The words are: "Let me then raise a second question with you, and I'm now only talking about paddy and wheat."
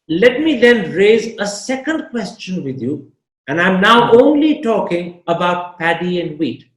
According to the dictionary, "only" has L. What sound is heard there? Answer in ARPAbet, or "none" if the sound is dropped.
L